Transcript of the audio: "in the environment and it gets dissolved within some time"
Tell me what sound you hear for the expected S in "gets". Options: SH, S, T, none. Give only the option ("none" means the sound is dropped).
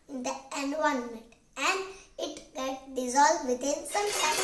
none